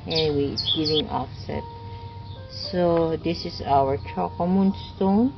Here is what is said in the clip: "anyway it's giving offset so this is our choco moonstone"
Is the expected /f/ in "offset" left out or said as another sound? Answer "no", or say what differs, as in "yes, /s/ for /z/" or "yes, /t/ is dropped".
no